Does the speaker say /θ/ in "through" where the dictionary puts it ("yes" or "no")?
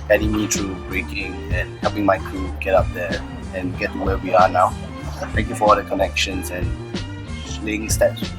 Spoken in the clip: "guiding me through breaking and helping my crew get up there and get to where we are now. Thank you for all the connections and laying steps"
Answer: no